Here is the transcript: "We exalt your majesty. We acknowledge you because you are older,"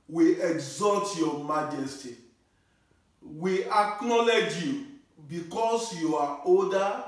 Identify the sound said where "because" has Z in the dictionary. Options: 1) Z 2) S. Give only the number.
2